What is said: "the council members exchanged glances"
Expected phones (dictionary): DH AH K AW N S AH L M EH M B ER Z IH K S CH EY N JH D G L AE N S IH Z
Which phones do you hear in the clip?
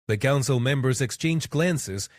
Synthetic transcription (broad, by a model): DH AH K AW N S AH L M EH M B ER Z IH K S CH EY N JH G L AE N S IH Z